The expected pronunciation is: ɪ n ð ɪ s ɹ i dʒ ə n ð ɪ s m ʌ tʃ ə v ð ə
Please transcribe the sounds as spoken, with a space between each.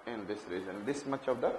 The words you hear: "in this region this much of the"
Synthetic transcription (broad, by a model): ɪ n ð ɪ s ɹ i z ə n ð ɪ s m ʌ tʃ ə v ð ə